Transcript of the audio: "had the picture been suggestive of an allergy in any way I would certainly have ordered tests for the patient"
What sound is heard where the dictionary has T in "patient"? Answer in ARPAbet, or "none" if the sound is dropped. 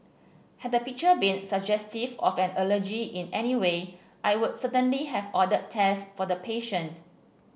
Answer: T